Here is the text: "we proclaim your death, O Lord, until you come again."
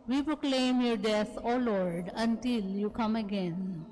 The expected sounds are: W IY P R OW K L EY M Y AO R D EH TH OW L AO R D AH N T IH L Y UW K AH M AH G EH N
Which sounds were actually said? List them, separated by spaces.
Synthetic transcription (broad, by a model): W IY P R OW K L EY M Y AO R D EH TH OW L AO R D AH N T IH L Y UW K AH M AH G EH N